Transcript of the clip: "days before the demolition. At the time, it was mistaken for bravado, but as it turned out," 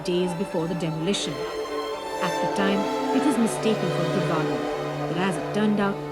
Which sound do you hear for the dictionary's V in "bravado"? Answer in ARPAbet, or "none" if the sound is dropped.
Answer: B